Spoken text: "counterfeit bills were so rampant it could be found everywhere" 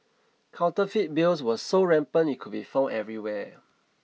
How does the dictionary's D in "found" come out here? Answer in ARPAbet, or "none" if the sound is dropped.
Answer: none